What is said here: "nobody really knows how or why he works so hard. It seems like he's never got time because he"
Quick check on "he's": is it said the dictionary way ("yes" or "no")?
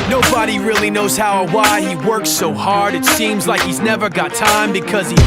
yes